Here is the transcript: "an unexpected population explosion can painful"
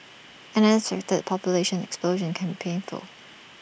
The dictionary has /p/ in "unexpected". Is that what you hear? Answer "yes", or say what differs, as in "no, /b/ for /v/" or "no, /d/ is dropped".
no, /p/ is dropped